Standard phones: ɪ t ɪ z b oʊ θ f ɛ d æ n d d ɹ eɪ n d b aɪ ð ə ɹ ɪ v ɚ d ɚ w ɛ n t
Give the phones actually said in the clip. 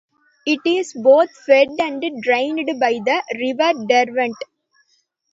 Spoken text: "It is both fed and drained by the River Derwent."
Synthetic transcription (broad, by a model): ɪ t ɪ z b oʊ t f ɛ d æ n d d ɹ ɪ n d b aɪ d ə ɹ ɪ v ɚ d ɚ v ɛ n t